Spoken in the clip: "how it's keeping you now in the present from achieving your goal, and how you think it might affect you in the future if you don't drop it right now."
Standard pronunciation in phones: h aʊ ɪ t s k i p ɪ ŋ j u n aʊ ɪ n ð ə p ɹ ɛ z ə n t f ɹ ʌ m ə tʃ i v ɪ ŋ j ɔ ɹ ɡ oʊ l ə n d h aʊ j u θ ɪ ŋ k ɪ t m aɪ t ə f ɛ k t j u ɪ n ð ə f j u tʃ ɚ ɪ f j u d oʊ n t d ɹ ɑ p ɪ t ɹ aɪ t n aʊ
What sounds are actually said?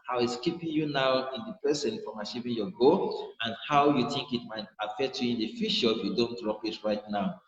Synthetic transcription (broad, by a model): h aʊ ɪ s k i p ɪ ŋ j u n aʊ ɪ n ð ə p ɹ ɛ s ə n f ɹ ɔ m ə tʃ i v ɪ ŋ j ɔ ɡ oʊ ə n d h aʊ j u θ ɪ ŋ k ɪ t m aɪ t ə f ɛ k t j u ɪ n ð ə f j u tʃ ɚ ɪ f j u d oʊ n t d ɹ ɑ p ɪ t ɹ aɪ t n aʊ